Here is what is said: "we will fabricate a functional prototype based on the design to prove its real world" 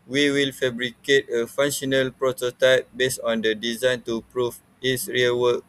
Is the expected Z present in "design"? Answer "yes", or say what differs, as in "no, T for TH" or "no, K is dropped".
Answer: yes